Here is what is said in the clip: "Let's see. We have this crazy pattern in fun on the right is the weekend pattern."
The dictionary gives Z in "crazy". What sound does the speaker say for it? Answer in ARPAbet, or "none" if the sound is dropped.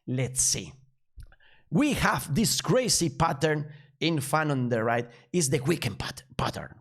S